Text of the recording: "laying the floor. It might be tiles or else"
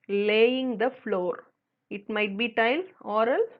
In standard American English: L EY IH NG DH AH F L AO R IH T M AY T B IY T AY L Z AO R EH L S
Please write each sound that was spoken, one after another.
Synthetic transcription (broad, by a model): L EY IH NG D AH F L AO R IH T M AY T B IY T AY L AO R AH L